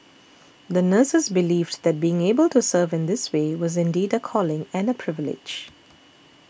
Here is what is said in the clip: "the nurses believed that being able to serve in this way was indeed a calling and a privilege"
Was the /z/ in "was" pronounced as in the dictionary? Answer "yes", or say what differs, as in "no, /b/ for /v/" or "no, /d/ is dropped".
yes